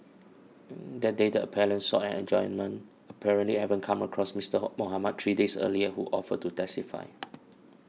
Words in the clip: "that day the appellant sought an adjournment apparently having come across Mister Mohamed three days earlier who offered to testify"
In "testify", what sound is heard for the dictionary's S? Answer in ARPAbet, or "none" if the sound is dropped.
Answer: S